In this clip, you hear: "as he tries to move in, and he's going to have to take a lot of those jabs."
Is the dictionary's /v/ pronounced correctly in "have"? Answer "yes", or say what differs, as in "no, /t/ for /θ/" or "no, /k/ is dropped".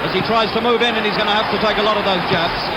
no, /f/ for /v/